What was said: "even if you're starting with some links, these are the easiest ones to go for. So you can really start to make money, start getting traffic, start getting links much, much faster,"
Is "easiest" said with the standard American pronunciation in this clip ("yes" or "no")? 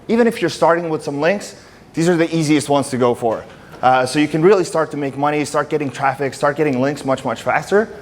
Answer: yes